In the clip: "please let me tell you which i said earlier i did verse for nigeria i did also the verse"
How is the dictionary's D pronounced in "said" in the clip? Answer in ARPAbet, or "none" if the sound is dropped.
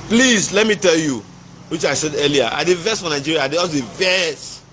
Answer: D